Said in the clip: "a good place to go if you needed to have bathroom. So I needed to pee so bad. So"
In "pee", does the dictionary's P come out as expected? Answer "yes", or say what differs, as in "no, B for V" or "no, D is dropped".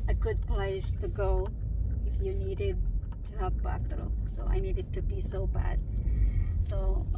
no, B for P